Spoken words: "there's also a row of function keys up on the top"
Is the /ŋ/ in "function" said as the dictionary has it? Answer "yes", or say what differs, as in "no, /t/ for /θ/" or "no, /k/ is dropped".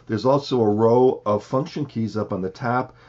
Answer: yes